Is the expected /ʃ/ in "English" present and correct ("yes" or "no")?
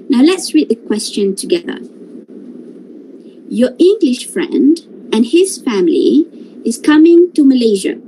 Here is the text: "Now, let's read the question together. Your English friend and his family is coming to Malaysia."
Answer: yes